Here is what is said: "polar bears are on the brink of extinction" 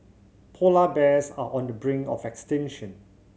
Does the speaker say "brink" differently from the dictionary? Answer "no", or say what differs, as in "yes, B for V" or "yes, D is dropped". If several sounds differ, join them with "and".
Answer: yes, K is dropped